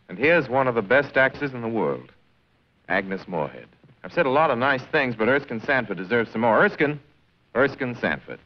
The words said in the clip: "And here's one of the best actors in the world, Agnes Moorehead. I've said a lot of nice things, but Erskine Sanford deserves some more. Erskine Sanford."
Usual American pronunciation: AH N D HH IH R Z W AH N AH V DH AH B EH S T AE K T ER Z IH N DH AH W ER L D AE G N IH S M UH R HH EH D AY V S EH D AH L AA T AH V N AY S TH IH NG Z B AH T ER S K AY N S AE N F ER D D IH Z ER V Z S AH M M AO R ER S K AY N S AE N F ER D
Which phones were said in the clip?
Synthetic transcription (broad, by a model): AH N HH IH R Z W AH N AH V DH AH B EH S T AE K S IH Z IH N DH AH W ER L D AE G N IH S M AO R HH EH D AY V S EH D AH L AA T AH V N AY S TH IH NG Z B AH T ER S K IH N S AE N F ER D D IH Z ER V Z S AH M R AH R ER S K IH N S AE N F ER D